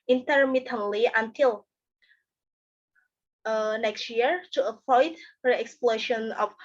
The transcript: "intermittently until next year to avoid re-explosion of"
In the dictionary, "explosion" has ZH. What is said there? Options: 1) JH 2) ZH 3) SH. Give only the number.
3